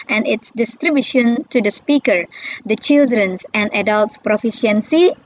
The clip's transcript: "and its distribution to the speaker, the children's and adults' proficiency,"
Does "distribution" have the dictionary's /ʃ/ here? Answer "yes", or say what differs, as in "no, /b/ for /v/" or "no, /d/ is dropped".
yes